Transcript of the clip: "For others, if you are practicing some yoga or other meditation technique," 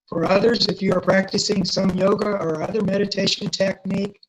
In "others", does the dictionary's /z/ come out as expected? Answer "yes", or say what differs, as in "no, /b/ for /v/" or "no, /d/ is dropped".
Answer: yes